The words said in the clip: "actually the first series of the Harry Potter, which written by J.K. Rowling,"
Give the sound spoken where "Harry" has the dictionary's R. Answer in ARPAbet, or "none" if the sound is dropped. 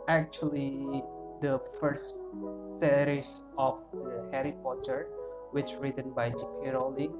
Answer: R